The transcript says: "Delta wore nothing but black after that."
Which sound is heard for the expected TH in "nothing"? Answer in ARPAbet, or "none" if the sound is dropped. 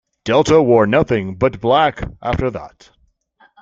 TH